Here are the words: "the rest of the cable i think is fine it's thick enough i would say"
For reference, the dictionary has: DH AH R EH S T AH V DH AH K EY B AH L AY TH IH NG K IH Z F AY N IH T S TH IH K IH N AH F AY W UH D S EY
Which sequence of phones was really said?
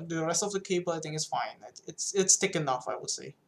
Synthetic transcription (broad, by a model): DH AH R EH S T AH V DH AH K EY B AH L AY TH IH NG IH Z F AY N IH T S T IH K IH N AH F AY W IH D S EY